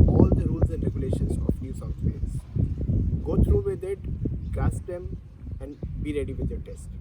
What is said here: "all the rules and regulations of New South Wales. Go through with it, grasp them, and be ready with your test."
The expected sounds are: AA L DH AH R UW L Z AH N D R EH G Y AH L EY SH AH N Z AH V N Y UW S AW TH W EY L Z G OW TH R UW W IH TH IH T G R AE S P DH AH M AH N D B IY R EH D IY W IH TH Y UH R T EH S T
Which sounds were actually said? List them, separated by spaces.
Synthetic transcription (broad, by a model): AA L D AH R UW L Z AH N D R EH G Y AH L EY SH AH N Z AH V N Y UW S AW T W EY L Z G OW T R UW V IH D IH T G AE S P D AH M AH N D B IY R EH D IY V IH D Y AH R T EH S T